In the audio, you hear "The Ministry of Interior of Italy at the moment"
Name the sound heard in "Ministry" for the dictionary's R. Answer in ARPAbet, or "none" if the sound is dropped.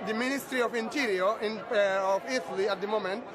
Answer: R